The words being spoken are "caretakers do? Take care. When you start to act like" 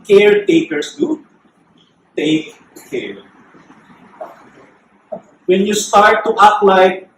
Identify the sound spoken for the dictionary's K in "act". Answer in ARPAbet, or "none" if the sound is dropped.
none